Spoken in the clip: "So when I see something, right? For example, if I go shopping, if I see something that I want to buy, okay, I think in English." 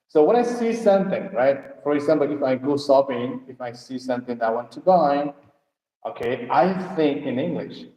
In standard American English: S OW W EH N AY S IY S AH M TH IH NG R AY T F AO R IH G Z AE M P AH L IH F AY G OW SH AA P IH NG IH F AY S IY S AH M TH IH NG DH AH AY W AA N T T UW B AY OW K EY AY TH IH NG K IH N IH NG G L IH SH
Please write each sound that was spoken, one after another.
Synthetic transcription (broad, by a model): S OW W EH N AY S IY S AH M TH IH NG R AY T F AO R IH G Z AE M P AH L IH F AY G OW S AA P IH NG IH F AY S IY S AH M TH IH NG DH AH AY W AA N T T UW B AY OW K EY AY TH IH NG K IH N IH NG G L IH SH